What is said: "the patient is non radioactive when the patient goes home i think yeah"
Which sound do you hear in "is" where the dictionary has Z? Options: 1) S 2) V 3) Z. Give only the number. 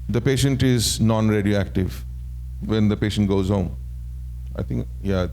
3